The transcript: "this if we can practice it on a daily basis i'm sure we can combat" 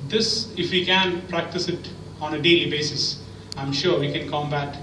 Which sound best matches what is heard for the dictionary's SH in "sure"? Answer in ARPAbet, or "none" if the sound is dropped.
SH